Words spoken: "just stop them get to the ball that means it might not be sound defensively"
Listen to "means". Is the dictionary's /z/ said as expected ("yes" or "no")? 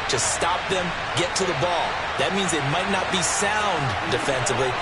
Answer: yes